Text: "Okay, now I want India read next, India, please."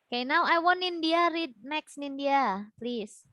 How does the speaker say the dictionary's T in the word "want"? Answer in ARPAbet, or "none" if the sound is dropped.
none